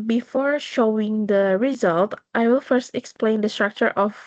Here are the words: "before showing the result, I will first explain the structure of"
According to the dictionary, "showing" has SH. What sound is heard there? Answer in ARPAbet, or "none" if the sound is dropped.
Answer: SH